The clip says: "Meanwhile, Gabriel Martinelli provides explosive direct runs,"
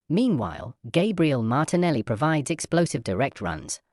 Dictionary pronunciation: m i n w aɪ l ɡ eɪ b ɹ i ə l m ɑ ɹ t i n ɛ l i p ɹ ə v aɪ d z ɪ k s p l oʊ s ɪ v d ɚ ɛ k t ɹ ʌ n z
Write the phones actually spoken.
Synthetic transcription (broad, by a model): m i n w aɪ l ɡ eɪ b ɹ i ə l m ɑ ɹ t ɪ n ɛ l i p ɹ ə v aɪ d z ɪ k s p l oʊ s ɪ v d ɚ ɛ k t ɹ ʌ n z